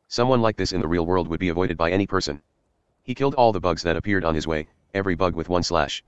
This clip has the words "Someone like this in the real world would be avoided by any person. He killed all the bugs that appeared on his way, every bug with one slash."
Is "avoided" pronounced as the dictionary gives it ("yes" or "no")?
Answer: yes